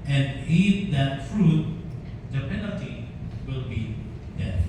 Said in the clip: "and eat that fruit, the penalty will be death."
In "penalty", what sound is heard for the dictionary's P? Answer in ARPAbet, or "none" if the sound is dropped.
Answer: P